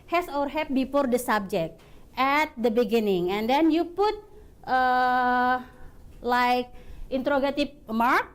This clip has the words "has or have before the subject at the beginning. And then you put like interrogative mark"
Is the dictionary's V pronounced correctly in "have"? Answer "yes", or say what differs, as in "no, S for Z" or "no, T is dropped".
no, P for V